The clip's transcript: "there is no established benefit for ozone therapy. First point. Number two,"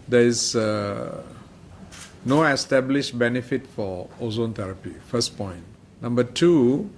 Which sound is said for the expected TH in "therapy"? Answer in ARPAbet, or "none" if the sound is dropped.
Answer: T